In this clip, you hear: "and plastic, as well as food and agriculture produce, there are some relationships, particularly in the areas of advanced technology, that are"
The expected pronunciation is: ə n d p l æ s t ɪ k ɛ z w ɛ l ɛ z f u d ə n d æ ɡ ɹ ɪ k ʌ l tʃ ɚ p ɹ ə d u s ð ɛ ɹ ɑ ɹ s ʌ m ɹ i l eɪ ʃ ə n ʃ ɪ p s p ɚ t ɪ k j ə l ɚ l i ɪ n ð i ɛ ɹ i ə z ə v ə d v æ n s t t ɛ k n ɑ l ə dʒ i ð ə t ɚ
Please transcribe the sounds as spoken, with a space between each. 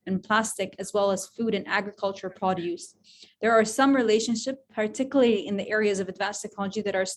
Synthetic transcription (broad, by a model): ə n p l æ s t ɪ k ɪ z w ɛ l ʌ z f u d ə n æ ɡ ɹ ɪ k ʌ l tʃ ɚ p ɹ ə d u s ð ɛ ɹ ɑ ɹ s ʌ m ɹ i l eɪ ʃ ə n ʃ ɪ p p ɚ t ɪ k j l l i ɪ n ð i ɛ ɹ i ə z ə v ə d v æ n s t t ɛ k n ɑ l ə dʒ i ð ə t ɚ